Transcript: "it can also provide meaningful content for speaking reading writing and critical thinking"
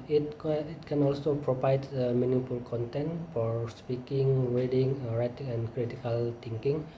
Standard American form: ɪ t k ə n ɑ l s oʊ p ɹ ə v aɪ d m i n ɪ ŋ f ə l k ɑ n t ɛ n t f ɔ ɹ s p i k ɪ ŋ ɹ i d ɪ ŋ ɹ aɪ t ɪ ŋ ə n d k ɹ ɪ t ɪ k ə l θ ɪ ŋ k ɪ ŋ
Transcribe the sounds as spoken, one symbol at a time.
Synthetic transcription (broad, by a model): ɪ t k ə n ɑ l s oʊ p ɹ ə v aɪ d m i n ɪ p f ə l k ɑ n t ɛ n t f ɔ ɹ s p i k ɪ ŋ w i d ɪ ŋ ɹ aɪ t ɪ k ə n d k ɹ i t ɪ k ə l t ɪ ŋ k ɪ ŋ